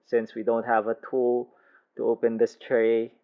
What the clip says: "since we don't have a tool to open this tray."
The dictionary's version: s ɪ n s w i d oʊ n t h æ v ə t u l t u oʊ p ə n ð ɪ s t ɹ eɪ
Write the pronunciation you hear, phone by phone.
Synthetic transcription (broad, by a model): s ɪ n s w i d oʊ n t h æ v ə t u l t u oʊ p ə n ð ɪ s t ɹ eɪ